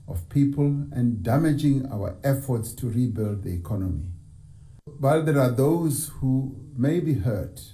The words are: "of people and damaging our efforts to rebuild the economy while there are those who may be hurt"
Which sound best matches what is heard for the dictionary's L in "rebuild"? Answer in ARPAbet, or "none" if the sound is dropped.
L